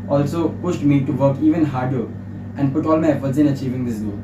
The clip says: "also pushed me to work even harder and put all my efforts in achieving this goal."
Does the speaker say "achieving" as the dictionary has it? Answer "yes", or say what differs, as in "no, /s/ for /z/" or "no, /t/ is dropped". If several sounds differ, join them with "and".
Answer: yes